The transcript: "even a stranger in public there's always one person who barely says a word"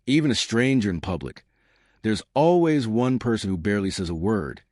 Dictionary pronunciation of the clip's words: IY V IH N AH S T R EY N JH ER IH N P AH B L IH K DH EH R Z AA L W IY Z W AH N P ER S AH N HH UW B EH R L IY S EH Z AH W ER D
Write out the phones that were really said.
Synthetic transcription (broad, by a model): IY V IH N AH S T R EY N JH ER IH N P AH B L IH K DH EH R Z AA L W IY Z W AH N P ER S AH N HH UW B EH R L IY S EH Z AH W ER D